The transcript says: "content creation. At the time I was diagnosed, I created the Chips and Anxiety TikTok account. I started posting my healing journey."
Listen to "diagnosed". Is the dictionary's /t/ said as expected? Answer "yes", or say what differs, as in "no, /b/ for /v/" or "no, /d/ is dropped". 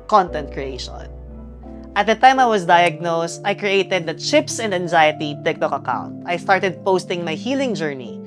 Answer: yes